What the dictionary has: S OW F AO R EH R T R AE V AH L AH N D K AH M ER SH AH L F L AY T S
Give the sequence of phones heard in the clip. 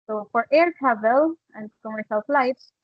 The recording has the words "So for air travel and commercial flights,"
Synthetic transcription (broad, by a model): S OW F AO R EH R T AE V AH L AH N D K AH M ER S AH L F L AY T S